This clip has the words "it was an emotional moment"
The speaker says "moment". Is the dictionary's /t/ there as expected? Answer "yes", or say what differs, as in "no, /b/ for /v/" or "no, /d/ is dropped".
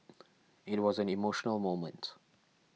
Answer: yes